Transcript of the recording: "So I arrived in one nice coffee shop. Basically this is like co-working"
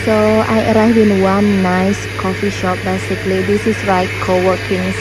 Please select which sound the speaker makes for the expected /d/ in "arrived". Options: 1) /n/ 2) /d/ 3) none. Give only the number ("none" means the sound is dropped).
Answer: 3